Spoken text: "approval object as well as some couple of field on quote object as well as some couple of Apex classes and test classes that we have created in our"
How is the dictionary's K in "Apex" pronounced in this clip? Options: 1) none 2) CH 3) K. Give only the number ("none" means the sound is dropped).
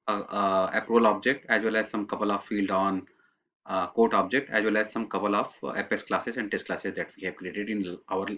1